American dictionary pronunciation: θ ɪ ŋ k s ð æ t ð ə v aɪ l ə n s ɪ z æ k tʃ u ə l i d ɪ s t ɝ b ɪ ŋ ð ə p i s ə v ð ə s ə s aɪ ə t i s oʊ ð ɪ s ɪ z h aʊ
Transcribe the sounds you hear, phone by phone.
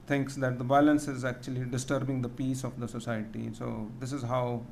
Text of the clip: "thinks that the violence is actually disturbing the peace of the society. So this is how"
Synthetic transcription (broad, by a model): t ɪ ŋ k s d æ t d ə b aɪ l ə n s ɪ z æ k tʃ u ə l i d ɪ s t ɝ b ɪ ŋ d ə p i s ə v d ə s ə s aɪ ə t i s oʊ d ɪ s ɪ z h aʊ